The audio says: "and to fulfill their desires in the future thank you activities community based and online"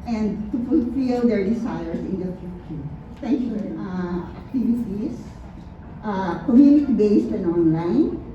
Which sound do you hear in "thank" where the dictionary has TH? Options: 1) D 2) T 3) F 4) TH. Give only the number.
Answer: 2